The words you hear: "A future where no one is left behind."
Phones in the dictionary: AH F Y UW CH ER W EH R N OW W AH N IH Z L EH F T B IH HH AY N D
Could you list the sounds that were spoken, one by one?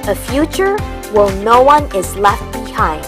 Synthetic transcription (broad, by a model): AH F Y UW CH ER W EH L N OW W AH N IH Z L EH F T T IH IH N